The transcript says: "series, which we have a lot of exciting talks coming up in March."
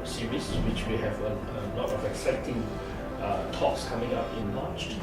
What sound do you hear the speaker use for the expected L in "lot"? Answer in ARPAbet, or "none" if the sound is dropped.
N